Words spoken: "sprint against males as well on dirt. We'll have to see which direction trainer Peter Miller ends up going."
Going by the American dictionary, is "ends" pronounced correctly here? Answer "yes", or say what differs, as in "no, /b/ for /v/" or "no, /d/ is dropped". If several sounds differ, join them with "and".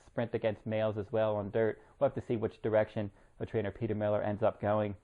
yes